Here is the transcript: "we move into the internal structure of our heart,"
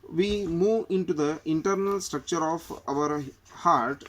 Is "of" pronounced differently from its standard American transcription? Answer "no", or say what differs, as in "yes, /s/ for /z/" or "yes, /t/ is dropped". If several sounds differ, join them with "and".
no